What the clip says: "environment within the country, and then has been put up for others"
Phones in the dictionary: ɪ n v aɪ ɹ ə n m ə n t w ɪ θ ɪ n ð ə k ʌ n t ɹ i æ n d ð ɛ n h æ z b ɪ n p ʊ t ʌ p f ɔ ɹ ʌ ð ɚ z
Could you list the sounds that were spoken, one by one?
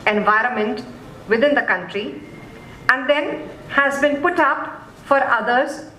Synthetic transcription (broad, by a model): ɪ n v aɪ ɹ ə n m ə n t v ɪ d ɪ n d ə k ʌ n t ɹ i æ n d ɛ n h æ z b ɪ n p ʊ t ʌ p f ɔ ɹ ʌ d ɚ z